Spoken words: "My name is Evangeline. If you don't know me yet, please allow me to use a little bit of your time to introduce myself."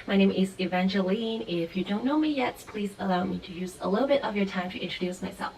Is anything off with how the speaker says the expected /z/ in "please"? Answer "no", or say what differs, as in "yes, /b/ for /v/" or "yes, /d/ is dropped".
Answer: no